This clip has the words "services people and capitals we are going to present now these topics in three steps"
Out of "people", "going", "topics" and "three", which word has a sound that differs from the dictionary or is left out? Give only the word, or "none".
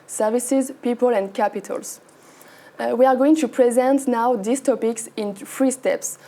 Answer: three